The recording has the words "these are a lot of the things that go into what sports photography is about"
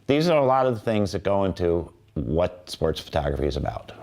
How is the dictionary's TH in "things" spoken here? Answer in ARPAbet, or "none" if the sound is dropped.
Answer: TH